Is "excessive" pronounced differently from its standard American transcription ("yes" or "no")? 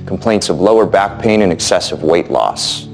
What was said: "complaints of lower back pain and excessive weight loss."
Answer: no